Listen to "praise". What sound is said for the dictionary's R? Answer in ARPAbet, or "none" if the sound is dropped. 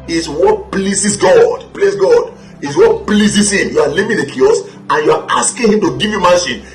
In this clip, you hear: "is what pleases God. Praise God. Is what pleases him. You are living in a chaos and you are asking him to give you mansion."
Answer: L